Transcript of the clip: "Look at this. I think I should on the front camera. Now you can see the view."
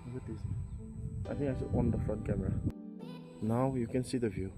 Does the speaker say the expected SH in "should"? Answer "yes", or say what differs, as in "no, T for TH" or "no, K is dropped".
no, S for SH